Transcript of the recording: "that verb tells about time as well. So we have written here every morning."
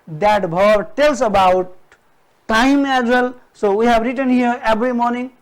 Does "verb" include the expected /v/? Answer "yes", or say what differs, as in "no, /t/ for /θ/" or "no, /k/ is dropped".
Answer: no, /b/ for /v/